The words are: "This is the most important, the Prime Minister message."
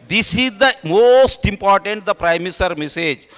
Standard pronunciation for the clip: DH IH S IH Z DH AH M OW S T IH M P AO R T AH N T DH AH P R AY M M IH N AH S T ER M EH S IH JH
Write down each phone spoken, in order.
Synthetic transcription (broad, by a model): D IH S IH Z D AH M OW S T IH M P AO R T AH N T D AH P R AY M M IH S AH T M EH S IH JH